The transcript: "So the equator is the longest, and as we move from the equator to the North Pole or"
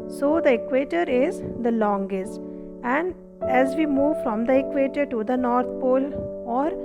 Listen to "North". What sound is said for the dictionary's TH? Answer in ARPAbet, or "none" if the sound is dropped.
T